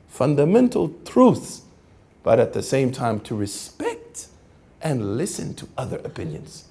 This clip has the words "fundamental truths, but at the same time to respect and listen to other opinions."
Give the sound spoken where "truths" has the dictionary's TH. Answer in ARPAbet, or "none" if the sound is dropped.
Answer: TH